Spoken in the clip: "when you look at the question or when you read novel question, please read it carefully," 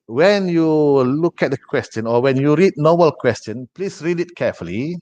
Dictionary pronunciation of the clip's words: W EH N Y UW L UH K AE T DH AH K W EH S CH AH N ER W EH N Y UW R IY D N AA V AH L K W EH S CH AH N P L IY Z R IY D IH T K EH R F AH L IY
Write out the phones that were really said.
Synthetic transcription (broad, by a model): W EH N Y UW L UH K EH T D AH K W EH S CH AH N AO W EH N Y UW R IY D N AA B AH L K W EH S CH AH N P L IY S R IY D IH T K EH F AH L IY